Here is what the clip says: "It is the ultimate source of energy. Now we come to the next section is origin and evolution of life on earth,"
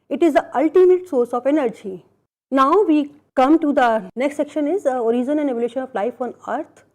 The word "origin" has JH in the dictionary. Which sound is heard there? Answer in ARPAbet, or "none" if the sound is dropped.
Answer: Z